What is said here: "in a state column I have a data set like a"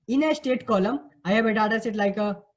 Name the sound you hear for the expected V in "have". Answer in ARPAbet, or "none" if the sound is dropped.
B